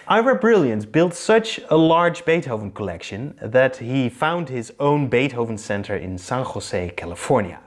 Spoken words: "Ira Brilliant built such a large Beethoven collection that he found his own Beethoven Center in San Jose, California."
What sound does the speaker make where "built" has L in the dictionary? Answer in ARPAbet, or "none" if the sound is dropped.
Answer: L